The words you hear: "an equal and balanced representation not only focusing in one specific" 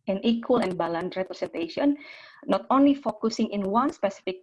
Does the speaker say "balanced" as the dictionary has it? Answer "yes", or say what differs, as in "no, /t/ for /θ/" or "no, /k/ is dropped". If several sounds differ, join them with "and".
no, /s/ is dropped